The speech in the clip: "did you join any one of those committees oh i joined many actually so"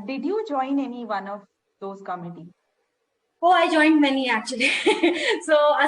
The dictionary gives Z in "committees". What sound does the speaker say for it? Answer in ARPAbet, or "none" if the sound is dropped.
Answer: none